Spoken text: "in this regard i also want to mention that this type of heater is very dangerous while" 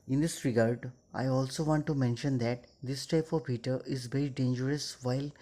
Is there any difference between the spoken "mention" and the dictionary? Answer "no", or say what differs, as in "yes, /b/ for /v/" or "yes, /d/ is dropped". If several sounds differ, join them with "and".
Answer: no